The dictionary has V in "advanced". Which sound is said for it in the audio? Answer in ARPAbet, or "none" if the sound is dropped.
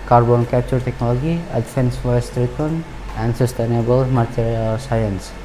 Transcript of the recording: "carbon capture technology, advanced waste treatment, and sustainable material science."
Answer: F